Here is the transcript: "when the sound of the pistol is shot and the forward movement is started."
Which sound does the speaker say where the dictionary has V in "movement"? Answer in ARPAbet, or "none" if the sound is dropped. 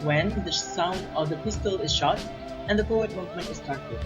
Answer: V